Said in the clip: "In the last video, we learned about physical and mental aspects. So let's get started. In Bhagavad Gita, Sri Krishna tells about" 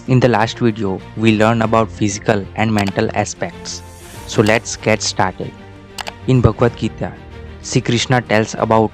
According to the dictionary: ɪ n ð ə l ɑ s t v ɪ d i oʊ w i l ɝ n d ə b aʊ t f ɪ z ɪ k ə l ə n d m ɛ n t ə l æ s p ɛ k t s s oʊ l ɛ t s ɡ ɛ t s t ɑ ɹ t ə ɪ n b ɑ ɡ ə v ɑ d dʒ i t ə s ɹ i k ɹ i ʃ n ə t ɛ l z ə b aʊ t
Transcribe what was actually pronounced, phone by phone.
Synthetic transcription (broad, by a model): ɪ n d ə l ɑ s t v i d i oʊ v i l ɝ n ə b aʊ t f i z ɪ k ə l ə n d m ɛ n t ə l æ s p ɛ k t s s oʊ l ɛ t s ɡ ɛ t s t ɑ ɹ t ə ɪ n b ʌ ɡ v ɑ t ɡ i t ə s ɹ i k ɹ i ʃ n ə t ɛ l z ə b aʊ t